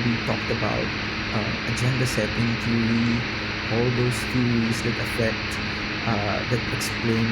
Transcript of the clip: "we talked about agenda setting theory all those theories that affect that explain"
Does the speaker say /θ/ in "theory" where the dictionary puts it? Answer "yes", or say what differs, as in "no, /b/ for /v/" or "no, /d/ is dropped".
no, /t/ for /θ/